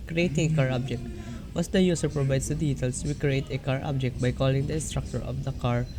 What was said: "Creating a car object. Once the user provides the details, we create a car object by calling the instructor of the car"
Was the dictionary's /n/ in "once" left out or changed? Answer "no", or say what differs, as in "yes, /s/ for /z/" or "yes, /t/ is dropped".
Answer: yes, /n/ is dropped